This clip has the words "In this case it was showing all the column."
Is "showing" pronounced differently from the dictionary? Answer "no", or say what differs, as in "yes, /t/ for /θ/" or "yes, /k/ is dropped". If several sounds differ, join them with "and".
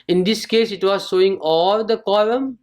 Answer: yes, /s/ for /ʃ/